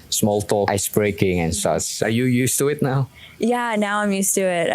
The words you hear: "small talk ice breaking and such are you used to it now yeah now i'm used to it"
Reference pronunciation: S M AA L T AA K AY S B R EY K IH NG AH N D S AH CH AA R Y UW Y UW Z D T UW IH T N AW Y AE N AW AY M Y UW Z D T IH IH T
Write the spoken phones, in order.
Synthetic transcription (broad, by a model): S M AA L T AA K AY S B R EY K IH NG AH N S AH S AA R Y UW Y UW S T UW IH T N AW Y AE N AW AY M Y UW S T IH IH T